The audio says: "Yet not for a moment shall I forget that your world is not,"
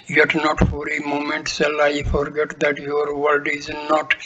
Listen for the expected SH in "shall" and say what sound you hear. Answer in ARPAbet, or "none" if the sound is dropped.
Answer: S